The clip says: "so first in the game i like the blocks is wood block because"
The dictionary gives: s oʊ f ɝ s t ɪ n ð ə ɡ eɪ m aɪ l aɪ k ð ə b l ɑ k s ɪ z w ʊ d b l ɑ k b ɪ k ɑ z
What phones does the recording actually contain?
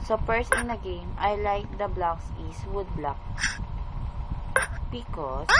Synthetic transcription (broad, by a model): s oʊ p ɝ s ɪ n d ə ɡ eɪ m aɪ l aɪ k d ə b l ɑ k s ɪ s w ʊ d b l ɑ k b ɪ k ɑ